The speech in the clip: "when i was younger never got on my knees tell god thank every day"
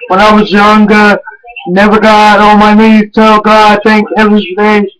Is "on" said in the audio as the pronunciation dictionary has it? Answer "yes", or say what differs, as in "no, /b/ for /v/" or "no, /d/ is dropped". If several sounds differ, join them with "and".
no, /l/ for /n/